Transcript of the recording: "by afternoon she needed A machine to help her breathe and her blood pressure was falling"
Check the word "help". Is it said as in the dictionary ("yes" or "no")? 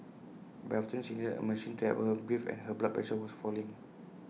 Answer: no